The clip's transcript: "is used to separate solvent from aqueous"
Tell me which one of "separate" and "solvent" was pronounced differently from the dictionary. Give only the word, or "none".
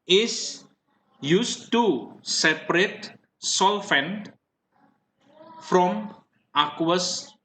solvent